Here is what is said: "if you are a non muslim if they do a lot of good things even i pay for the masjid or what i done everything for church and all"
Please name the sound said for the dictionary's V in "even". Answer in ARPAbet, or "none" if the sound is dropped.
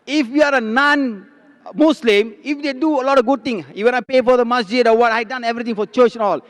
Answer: W